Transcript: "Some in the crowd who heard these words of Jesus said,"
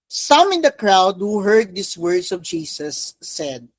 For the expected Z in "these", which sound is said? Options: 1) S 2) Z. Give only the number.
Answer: 1